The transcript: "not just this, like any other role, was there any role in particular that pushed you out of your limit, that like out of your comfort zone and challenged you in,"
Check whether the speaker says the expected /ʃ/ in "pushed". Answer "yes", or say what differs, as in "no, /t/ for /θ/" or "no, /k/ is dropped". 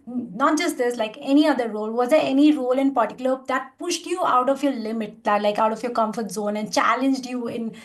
yes